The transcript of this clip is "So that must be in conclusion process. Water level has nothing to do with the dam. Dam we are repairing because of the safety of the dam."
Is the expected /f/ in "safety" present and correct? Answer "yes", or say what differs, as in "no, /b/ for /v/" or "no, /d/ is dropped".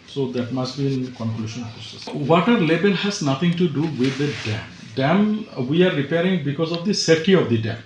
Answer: no, /f/ is dropped